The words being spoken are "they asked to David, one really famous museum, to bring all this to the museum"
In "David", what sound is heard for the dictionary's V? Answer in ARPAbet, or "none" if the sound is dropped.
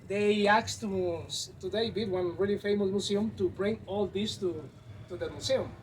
B